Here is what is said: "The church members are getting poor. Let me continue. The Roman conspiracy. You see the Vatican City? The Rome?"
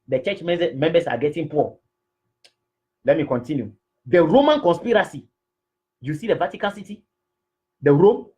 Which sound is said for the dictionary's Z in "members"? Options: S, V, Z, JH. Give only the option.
S